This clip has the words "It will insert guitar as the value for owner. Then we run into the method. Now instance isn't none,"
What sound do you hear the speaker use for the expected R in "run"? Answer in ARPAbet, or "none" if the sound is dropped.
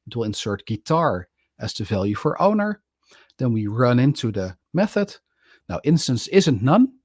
R